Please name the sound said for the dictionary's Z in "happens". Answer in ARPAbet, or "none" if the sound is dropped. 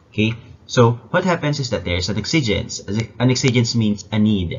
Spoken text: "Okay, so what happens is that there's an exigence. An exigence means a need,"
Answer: S